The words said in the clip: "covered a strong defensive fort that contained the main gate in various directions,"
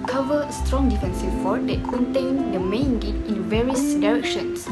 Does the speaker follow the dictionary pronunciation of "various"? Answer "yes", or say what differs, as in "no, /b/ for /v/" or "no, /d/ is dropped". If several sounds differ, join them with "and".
yes